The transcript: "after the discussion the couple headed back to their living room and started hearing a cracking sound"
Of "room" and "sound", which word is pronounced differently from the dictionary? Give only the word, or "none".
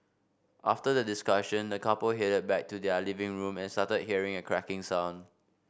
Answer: sound